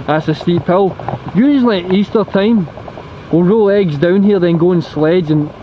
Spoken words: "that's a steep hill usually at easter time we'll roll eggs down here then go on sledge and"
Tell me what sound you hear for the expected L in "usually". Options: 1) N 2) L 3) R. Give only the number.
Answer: 1